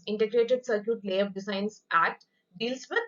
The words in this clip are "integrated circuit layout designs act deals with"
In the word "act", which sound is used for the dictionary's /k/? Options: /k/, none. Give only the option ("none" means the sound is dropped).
none